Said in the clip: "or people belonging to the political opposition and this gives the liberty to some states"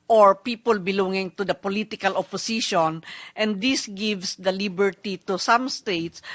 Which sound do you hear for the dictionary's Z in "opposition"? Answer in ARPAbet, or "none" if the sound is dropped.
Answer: S